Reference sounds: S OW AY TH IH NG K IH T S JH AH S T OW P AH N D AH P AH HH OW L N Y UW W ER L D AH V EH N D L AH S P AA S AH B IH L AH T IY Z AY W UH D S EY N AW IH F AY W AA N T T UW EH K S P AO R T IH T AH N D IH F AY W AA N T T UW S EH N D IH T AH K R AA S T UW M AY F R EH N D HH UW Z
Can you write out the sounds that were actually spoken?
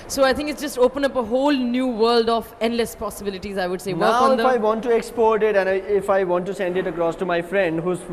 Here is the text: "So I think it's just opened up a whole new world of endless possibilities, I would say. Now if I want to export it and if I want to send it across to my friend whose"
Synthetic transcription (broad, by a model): S OW AY T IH NG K IH T S JH AH S T OW P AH N AH P AH HH OW L N Y UW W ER L D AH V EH N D L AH S P AA S AH B IH L AH T IY Z AY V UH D S EY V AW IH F AY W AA N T T UW EH K S P AO R T IH T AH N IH IH F AY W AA N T T UW S EH N D IH T AH K R AA S T UW M AY F R EH N D HH UW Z